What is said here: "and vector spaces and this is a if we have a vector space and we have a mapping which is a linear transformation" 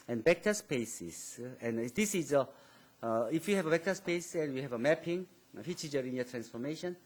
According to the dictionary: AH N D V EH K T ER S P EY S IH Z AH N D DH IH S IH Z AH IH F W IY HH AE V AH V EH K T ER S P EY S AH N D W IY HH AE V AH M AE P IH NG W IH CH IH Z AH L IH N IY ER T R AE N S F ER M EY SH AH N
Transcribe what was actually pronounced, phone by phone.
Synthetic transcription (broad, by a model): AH N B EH K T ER S P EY S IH S AH N D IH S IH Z AH IH F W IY HH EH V AH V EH K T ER S P EY S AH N W IY HH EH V AH M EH P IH NG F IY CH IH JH AH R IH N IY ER T R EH N S F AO M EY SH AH N